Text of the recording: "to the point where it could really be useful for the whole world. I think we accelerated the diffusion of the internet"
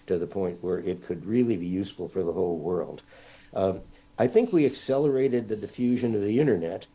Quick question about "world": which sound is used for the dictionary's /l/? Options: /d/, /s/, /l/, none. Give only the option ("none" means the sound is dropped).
/l/